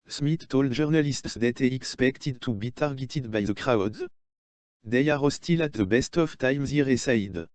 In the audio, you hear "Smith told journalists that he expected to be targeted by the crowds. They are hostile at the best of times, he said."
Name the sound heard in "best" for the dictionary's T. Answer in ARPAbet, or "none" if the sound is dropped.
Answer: T